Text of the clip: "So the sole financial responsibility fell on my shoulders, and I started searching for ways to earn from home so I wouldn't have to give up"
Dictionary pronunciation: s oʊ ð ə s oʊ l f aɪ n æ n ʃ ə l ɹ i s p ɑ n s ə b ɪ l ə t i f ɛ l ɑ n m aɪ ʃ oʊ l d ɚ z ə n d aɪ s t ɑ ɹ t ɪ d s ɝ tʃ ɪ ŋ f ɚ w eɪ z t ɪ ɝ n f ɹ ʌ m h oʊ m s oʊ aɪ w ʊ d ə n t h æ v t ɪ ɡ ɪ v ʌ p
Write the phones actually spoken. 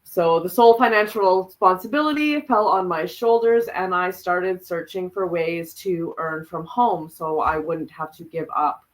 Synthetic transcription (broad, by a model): s oʊ ð ə s oʊ l f aɪ n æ n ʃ l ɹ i s p ɑ n s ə b ɪ l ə t i f ɛ l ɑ n m aɪ ʃ oʊ l d ɚ z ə n aɪ s t ɑ ɹ t ɪ d s ɝ tʃ ɪ ŋ f ɚ w eɪ z t ɪ ɝ n f ɹ ʌ m h oʊ m s oʊ aɪ w ʊ d n t h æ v t ɪ ɡ ɪ v ʌ p